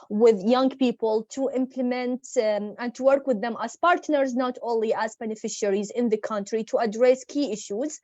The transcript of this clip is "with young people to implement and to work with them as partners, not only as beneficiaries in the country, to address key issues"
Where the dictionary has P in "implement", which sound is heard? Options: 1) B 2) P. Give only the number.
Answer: 2